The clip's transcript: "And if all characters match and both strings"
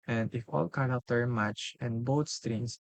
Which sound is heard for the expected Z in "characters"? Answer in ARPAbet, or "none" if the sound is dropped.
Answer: none